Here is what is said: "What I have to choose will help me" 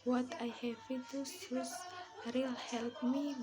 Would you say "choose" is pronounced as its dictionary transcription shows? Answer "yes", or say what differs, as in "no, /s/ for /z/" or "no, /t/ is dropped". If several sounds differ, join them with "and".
no, /s/ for /tʃ/